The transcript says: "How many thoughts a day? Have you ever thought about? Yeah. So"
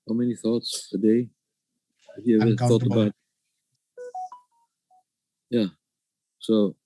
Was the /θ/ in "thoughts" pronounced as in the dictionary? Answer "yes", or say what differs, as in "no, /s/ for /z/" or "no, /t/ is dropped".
yes